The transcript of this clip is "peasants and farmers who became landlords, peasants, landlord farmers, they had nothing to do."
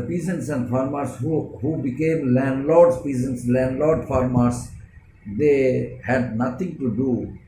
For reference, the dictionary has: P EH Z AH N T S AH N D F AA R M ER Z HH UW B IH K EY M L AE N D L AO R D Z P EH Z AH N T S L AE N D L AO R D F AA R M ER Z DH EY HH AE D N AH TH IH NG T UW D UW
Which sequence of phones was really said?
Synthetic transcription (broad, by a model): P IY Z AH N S AH N D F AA R M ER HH HH UW B IH K EY M L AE N D L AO R D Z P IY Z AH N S L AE N D L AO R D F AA R M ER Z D EY HH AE D N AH T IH NG T UW D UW